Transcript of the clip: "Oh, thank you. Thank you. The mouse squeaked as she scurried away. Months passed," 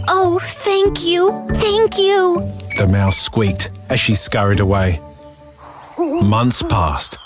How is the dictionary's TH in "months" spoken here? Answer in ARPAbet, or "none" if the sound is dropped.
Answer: TH